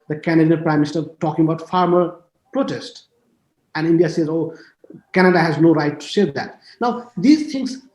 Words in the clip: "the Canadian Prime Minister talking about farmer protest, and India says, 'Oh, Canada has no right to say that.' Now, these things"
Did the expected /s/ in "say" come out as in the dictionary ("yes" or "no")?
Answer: no